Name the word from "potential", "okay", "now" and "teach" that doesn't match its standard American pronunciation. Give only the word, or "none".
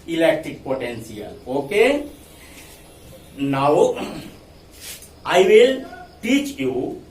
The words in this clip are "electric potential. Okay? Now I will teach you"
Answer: potential